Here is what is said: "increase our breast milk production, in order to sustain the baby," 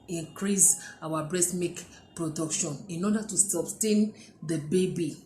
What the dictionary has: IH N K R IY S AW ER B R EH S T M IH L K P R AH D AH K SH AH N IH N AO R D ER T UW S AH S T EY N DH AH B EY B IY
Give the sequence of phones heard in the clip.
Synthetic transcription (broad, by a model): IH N K R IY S AW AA B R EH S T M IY K P R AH D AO K SH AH N IH N AO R D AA T UW S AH S T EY N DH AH B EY B IY